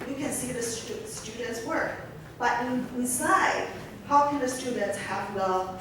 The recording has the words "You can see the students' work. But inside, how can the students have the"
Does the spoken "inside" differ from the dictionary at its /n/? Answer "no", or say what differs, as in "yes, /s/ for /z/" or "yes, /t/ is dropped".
yes, /n/ is dropped